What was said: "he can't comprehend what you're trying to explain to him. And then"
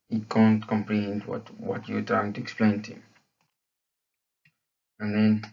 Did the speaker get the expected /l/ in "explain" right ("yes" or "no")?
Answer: yes